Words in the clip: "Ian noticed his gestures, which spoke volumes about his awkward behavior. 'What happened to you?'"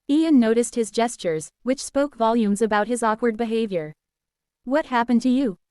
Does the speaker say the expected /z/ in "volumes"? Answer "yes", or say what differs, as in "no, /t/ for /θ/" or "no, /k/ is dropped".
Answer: yes